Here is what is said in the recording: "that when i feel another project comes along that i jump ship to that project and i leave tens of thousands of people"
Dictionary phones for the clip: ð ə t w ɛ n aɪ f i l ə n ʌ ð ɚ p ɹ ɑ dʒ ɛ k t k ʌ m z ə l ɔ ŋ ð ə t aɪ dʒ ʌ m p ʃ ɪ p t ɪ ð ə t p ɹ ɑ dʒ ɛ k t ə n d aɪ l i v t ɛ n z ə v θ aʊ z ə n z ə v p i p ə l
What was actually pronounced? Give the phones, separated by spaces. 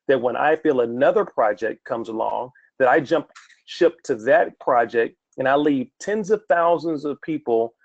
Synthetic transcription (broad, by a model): ð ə t w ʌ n aɪ f i l ə n ʌ ð ɚ p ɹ ɑ dʒ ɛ k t k ʌ m z ə l ɔ ŋ ð ə t aɪ dʒ ʌ m p ʃ ɪ p t ɪ ð ə t p ɹ ɑ dʒ ɛ k t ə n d aɪ l i v t ɛ n z ə v θ aʊ z ə n z ə v p i p l